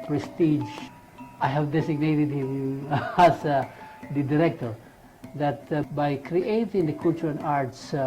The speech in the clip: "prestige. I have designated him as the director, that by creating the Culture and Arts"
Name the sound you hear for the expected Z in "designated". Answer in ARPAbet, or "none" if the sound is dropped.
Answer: S